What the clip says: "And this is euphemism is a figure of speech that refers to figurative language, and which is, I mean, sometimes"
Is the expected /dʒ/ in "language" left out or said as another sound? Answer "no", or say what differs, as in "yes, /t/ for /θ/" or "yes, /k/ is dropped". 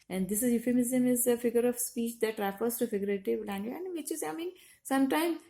yes, /dʒ/ is dropped